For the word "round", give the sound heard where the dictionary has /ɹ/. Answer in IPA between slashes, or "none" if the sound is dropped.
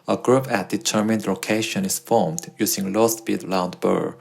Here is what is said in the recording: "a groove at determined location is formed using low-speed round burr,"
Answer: /l/